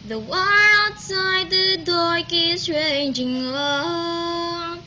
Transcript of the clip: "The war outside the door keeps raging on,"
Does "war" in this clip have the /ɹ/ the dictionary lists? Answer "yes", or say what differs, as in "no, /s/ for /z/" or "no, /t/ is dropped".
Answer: no, /l/ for /ɹ/